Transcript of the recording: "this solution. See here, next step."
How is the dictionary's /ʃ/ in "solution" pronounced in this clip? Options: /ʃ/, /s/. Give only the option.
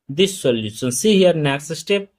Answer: /s/